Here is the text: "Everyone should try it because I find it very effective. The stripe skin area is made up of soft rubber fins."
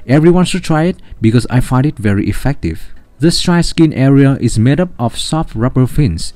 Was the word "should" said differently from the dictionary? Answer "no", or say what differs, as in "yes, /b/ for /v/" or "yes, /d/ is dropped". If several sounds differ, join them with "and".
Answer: yes, /s/ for /ʃ/